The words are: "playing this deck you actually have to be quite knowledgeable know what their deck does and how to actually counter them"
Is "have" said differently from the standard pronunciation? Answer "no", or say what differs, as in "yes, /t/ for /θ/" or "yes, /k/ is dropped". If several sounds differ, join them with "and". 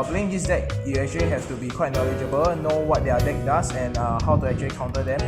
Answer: yes, /f/ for /v/